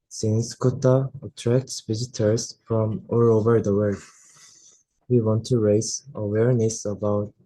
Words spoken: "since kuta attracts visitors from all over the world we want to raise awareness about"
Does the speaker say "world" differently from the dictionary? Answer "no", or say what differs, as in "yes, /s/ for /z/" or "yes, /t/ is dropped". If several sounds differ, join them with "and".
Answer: yes, /l/ is dropped